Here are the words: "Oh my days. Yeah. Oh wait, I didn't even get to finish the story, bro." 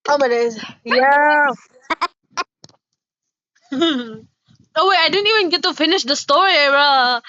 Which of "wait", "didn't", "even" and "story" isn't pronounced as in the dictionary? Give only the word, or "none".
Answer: wait